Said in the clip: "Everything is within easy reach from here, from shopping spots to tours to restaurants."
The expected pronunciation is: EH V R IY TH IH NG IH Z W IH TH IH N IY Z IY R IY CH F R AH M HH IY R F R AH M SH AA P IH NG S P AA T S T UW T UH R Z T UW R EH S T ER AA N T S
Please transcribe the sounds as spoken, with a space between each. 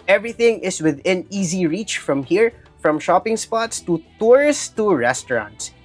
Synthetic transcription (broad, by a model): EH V R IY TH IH NG IH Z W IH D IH N IY Z IY R IY CH F R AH M HH IY R F R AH M SH AA P IH NG S P AA T S T UW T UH R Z T UW R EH S T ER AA N T S